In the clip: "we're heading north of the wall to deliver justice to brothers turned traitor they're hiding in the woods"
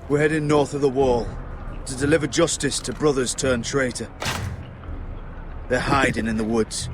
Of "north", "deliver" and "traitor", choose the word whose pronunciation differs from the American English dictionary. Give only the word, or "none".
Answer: none